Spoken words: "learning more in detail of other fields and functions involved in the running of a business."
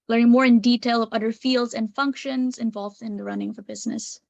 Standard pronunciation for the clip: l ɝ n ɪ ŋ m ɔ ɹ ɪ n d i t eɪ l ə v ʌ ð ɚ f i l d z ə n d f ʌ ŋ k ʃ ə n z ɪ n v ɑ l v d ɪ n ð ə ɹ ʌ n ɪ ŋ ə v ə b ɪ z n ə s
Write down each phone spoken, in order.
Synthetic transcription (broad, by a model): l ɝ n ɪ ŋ m ɔ ɹ ɪ n d i t eɪ l ə v ʌ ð ɚ f i l d z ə n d f ʌ ŋ k ʃ ə n z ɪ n v ɑ l v d ɪ n ð ə ɹ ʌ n ɪ ŋ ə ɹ b ɪ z n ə s